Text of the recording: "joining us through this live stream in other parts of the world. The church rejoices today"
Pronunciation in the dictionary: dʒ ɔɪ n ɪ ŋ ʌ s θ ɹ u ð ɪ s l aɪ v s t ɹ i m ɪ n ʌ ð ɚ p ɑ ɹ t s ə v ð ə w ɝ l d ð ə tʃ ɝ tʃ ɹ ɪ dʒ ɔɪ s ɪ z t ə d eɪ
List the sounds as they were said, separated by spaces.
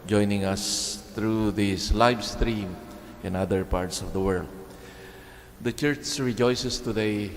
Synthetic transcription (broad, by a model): dʒ ɔɪ n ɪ ŋ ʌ s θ ɹ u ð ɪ s l aɪ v s t ɹ i m ɪ n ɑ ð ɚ p ɑ ɹ t s ə v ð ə w ɝ l d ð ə tʃ ɝ tʃ ɹ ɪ dʒ ɔɪ s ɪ s t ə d eɪ